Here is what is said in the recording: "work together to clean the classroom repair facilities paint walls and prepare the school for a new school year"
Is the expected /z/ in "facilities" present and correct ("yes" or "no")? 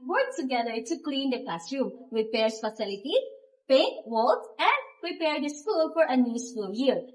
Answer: no